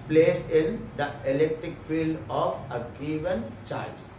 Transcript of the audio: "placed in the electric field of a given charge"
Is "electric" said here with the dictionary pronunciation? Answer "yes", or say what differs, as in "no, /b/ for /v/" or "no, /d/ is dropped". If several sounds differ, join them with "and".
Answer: yes